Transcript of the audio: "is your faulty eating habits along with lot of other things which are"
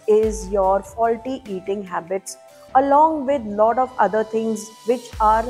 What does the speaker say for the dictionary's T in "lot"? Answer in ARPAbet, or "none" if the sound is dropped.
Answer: T